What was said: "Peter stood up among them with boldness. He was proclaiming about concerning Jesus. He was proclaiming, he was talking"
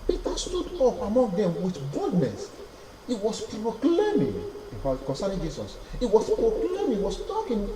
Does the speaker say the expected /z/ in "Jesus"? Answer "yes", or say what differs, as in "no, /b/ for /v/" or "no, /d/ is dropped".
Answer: no, /s/ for /z/